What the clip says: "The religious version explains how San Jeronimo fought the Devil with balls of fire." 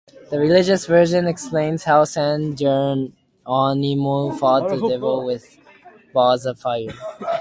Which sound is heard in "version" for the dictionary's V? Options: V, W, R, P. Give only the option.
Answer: V